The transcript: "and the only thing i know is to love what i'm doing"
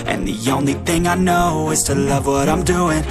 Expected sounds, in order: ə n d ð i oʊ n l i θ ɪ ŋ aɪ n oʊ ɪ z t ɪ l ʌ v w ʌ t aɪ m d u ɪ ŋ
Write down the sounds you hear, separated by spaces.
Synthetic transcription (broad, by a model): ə n ð i oʊ n l i θ ɪ ŋ aɪ n oʊ ɪ z t ɪ l ʌ v w ʌ t aɪ m d u ɪ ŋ